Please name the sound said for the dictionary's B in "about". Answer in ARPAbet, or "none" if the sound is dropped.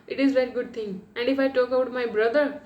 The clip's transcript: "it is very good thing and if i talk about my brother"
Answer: none